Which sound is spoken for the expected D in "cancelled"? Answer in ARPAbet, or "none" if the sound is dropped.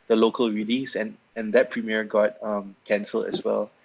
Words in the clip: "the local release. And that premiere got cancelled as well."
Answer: none